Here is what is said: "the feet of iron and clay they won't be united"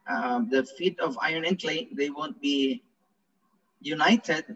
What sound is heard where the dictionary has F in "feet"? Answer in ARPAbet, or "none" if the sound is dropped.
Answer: F